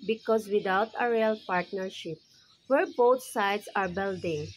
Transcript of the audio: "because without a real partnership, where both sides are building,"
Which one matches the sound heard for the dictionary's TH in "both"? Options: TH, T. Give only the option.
T